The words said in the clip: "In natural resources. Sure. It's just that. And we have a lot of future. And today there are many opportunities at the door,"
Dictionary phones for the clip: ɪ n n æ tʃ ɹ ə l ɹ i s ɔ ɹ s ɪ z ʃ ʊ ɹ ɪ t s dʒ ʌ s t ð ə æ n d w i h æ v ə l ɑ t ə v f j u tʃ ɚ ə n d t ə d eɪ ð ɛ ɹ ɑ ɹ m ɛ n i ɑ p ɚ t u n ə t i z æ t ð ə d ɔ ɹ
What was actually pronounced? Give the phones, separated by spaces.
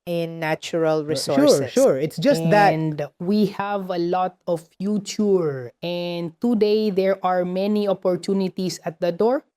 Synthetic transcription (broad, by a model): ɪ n n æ tʃ ɹ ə l ɹ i s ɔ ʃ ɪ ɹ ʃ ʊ ɹ ɪ t s dʒ ʌ s t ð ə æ n d w i h æ v ə l ɑ t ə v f j u tʃ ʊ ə n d t ə d eɪ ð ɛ ɹ ɑ ɹ m ɛ n i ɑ p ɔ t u n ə t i s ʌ t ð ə d ɔ ɹ